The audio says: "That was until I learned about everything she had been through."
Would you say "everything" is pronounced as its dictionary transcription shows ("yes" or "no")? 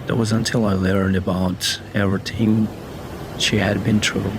no